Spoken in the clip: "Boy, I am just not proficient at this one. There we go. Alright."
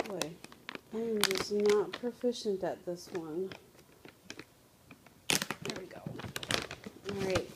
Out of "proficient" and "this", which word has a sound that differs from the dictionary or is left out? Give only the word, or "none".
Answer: none